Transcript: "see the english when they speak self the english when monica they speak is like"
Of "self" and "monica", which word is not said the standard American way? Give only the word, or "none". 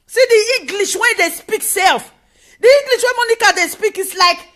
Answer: none